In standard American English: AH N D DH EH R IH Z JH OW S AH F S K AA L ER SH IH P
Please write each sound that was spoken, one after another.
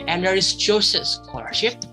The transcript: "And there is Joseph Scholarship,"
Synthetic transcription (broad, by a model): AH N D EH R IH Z CH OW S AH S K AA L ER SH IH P